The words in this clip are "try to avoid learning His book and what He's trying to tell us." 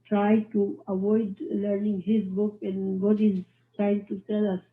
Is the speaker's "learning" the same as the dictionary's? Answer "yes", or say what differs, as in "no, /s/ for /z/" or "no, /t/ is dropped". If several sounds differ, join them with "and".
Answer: yes